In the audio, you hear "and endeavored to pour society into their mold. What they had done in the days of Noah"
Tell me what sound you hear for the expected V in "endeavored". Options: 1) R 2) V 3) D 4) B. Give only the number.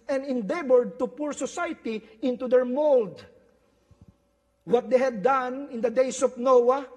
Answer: 4